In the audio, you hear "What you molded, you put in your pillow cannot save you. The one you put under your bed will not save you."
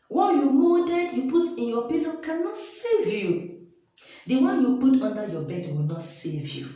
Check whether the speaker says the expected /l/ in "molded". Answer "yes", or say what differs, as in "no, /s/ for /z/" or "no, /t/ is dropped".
no, /l/ is dropped